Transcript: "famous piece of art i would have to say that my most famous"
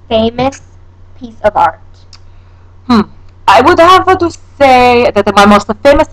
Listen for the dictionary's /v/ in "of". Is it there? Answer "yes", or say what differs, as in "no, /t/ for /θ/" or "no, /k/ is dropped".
yes